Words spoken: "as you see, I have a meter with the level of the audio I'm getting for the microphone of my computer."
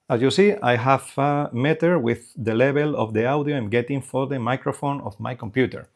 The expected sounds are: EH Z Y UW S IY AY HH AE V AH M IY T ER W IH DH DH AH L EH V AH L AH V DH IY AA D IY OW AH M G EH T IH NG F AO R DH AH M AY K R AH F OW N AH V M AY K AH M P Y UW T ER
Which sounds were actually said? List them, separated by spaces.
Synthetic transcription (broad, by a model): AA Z Y UW S IY AY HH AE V AH M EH T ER W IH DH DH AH L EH B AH L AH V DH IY AA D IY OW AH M G EH T IH NG F AO R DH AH M AY K R AH F OW N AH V M AY K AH M P Y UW T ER